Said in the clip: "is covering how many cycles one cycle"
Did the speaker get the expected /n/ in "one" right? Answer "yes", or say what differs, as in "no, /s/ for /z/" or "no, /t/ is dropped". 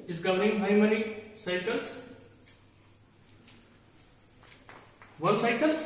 no, /l/ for /n/